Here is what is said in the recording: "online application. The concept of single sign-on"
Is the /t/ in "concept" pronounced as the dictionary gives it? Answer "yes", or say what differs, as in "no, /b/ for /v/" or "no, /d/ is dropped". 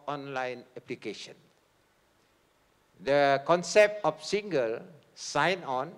yes